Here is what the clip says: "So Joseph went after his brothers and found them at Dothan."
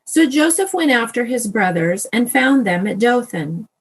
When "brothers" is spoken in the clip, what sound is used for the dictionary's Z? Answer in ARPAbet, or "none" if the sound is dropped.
Z